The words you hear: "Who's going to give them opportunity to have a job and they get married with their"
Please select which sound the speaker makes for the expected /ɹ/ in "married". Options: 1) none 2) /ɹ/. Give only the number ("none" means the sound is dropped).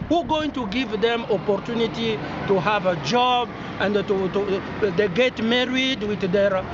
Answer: 2